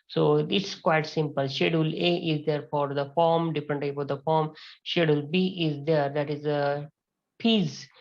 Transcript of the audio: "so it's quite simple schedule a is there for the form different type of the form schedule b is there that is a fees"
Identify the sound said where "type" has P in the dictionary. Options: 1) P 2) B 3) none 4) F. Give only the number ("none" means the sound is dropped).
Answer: 4